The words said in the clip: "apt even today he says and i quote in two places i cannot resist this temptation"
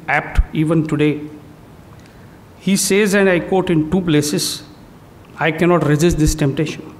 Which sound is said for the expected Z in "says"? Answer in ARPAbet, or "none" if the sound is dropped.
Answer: Z